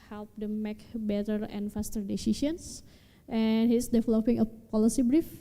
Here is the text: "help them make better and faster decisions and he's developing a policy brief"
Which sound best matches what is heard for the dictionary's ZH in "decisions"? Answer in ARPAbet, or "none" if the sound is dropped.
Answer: SH